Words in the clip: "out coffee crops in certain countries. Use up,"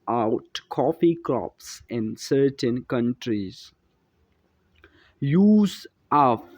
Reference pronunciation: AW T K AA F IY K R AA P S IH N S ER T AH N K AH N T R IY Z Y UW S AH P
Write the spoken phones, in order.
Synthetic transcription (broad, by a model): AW T K AA F IY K L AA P S IH N S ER T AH N K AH N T R IY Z Y UW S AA